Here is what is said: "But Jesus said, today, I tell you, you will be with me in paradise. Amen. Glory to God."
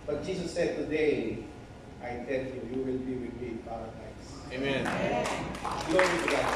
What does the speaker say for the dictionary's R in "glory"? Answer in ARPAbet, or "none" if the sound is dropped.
none